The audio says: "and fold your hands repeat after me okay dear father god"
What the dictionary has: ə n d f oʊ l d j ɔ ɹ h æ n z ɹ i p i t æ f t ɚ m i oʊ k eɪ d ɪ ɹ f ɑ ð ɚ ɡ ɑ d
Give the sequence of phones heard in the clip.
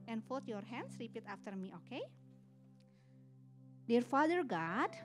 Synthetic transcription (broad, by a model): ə n f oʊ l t j ɔ ɹ h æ n s ɹ i p i t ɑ f t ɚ m i oʊ k eɪ d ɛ ɹ f ɑ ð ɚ ɡ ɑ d